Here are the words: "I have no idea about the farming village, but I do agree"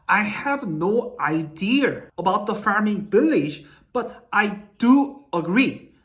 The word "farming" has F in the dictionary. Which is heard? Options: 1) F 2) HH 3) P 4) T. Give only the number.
1